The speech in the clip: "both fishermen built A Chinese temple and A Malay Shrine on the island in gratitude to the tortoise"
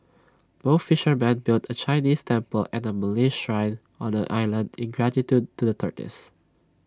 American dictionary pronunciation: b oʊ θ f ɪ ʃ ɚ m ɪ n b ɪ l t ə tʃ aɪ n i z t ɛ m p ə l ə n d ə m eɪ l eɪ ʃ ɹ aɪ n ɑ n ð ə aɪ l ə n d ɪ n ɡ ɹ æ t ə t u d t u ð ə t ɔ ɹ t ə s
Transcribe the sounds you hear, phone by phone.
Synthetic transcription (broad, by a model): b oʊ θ f ɪ ʃ ɚ m ɪ n b ɪ l t ə tʃ aɪ n i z t ɛ m p ə l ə n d ə m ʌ l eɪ ʃ ɹ aɪ n ɑ n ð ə aɪ l ə n d ɪ n ɡ ɹ æ t ə t u d t u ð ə t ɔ ɹ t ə s